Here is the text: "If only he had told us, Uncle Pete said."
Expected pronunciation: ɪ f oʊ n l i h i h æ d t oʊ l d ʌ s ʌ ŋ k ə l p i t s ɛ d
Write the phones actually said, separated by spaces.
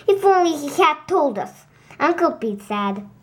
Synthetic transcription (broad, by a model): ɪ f oʊ n l i h i h æ d t oʊ l d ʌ s ʌ ŋ k ə l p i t s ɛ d